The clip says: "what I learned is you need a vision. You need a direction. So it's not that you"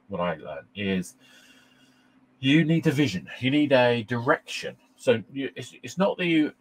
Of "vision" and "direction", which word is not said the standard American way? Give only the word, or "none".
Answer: none